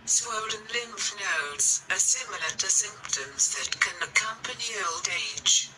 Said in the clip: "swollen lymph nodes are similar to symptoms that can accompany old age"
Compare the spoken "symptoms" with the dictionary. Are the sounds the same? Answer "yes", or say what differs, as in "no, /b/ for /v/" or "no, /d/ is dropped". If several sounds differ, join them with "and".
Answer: yes